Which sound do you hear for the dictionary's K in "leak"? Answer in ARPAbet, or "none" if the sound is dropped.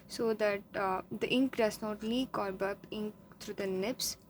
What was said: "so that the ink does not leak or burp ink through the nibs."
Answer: K